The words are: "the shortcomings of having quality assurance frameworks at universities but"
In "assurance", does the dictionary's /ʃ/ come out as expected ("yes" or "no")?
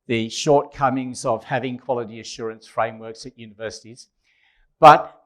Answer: yes